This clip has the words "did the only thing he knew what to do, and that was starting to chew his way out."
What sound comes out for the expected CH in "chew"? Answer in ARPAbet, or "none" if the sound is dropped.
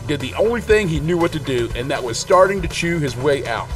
CH